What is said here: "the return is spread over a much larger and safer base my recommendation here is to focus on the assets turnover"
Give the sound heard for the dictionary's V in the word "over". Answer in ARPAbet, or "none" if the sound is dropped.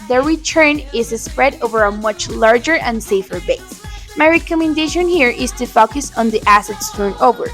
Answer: V